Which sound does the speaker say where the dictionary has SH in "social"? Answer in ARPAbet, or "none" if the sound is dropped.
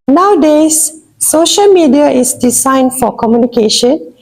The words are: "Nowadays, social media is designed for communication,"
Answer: SH